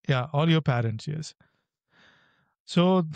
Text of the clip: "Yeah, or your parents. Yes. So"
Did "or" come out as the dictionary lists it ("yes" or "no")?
no